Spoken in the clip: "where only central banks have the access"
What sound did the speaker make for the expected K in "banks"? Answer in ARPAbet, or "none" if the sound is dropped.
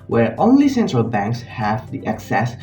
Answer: K